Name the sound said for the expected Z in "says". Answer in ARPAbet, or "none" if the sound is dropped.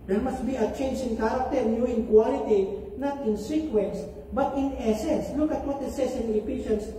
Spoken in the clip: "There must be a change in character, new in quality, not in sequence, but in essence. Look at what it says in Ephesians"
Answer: S